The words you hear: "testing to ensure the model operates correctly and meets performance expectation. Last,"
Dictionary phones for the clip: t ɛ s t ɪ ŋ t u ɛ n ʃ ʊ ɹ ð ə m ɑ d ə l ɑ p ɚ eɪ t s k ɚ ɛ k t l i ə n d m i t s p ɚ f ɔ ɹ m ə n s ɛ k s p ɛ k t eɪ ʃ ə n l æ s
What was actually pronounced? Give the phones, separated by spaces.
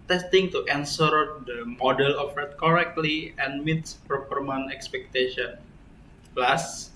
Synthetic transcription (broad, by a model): t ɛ s t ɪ ŋ t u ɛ n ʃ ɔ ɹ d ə m ɑ d ə l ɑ f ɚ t k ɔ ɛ k t l i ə n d m i t s p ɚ p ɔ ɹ m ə n ɛ k s p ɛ k t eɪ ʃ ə n l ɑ s